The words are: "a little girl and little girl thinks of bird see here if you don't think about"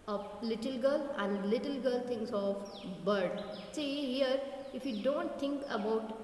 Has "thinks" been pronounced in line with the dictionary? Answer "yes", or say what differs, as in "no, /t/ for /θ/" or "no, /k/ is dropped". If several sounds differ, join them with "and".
no, /t/ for /θ/ and /k/ is dropped